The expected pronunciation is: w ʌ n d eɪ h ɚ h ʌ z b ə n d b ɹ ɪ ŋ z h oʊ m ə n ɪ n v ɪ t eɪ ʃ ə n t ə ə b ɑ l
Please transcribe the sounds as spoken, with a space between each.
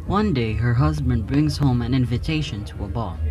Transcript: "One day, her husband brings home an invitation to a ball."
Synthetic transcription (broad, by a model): w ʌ n d eɪ h ɚ h ʌ z b ə n d b ɹ ɪ ŋ z h oʊ m ə n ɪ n v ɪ t eɪ ʃ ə n t ə ə b ɑ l